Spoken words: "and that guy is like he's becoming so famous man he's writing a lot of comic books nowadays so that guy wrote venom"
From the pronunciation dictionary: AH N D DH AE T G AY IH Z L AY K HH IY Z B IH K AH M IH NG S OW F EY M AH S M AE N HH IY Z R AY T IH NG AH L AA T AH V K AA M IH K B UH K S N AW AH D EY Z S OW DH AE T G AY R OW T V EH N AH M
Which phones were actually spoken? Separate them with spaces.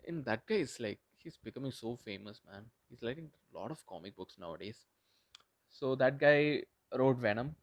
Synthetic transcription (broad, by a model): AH N D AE T G AY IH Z L AY K HH IY Z B IH K AH M IH NG S OW F EY M AH S M AE N HH IY Z L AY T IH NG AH L AA T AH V K AA M IH K B UH K S N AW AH D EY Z S OW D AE T G AY R OW T V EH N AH M